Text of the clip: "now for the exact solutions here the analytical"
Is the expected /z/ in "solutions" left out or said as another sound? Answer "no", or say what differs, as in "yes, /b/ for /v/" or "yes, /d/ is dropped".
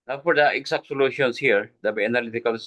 yes, /s/ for /z/